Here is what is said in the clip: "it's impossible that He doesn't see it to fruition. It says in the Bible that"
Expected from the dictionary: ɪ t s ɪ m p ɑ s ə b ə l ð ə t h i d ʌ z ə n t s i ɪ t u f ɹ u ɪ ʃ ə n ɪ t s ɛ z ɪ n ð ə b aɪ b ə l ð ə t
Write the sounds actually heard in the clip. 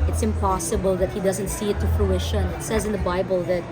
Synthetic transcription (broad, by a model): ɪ t s ɪ m p ɑ s ə b ə l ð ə t h i d ʌ z ə n t s i ɪ t u f l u ɪ ʃ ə n ɪ t s ɛ z ɪ n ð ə b aɪ b ə l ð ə t